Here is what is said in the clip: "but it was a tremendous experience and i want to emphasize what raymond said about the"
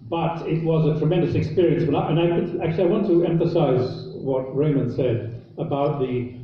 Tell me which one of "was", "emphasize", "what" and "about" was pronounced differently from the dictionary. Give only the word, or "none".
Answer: none